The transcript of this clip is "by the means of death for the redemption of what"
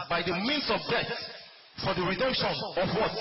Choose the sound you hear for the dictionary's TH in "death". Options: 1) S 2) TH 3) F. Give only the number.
1